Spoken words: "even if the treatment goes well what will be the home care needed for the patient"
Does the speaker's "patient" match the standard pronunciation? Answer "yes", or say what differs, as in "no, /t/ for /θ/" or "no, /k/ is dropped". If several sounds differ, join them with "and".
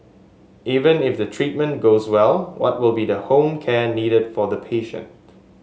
yes